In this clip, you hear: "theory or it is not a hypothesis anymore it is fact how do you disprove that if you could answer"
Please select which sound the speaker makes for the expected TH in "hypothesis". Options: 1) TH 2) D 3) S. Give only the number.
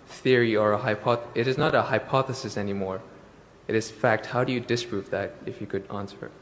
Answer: 1